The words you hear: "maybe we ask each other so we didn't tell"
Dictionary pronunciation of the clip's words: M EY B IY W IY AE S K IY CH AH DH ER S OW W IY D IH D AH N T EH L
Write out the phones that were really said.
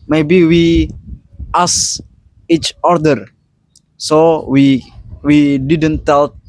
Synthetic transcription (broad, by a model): M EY B IY W IY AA S IY CH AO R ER S OW W IY D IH D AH N T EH L